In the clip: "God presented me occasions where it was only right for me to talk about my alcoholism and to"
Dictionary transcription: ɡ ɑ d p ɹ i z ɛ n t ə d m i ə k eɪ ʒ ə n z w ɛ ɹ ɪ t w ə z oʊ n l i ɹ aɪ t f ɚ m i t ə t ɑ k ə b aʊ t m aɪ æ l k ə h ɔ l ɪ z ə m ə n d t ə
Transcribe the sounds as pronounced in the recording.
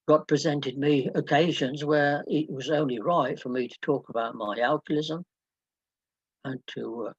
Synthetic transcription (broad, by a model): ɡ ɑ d p ɹ i z ɛ n t ə d m i ə k eɪ ʒ ə n z w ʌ ɹ ɪ t w ə z oʊ n l i ɹ aɪ t f ɚ m i t ə t ɑ k ə b aʊ t m aɪ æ l k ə l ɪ z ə m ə n t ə